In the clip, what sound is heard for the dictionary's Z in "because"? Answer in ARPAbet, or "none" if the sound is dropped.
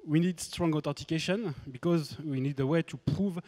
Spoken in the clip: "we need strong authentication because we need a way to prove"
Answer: Z